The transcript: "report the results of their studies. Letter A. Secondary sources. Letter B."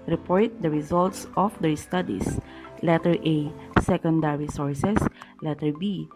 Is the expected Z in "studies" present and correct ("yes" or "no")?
no